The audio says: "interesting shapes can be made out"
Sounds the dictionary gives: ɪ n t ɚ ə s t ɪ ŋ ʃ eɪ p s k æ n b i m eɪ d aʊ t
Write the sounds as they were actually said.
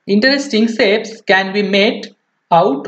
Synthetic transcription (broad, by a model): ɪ n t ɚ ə s t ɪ ŋ s eɪ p s k æ n b i m eɪ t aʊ t